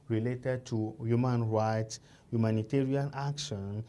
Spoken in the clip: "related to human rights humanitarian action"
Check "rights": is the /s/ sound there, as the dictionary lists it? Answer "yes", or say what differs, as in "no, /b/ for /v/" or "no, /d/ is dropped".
yes